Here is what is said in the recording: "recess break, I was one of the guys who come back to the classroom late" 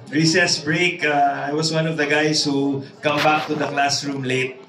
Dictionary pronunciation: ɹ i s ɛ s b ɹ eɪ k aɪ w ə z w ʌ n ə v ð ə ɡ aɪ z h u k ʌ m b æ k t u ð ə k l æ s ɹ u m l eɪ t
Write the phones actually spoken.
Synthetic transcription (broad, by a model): ɹ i s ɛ s b ɹ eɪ k aɪ w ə s w ʌ n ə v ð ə ɡ aɪ s h u k ʌ m b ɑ k t u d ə k l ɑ s ɹ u m l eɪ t